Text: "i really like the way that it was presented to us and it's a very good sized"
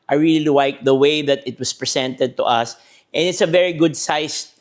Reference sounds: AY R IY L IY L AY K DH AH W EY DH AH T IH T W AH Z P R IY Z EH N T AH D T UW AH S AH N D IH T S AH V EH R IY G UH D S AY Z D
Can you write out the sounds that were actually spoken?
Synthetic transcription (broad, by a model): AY R IY L IY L AY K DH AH W EY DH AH T IH T W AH S P R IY S EH N T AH D T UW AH S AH N IH T S AH V EH R IY G UH D S AY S